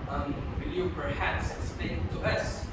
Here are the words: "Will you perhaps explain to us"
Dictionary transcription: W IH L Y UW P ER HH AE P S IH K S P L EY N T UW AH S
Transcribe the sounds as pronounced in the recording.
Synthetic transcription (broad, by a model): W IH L Y UW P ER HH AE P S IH S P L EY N T UW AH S